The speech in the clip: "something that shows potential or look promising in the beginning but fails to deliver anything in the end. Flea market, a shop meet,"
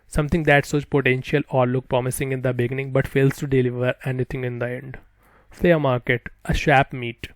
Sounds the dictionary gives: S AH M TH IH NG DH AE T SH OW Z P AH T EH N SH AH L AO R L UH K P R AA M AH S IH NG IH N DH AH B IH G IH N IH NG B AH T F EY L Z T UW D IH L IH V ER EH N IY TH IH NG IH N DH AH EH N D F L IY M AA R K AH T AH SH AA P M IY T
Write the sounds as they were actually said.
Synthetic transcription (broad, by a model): S AH M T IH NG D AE T S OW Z P AH T EH N SH AH L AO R L UH K P R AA M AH S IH NG IH N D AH B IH G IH N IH NG B AH T F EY L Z T UW D IH L IH V ER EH N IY T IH NG IH N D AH EH N D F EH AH M AA R K AH T AH SH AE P M IY T